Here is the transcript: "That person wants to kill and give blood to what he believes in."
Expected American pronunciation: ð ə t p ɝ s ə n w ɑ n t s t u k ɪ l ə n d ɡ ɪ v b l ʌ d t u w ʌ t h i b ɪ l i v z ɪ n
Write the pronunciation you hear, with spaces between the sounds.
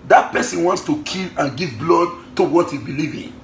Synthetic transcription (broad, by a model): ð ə t p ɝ s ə n w ɑ n t s t u k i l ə n ɡ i v b l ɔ d t u w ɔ t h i b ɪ l i v ɪ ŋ